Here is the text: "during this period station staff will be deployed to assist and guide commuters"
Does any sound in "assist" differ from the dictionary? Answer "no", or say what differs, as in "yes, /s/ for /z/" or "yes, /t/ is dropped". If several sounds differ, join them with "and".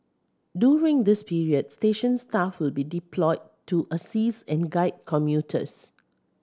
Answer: yes, /t/ is dropped